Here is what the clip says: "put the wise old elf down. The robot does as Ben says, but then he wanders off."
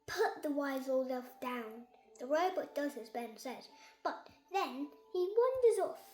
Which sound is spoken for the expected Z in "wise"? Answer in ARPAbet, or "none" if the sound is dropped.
Z